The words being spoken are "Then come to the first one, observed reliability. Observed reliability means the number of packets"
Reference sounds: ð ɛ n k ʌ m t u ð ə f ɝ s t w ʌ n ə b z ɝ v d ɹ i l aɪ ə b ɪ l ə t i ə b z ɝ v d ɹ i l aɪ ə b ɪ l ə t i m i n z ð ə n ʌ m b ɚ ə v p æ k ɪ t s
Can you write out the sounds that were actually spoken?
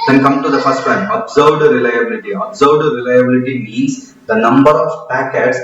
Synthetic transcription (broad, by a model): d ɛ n k ʌ m t u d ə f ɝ s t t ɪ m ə b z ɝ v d ɹ i l aɪ ə b ɪ l ə t i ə b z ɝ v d ɹ i l aɪ ə b ɪ l ə t i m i z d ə n ʌ m b ɚ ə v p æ k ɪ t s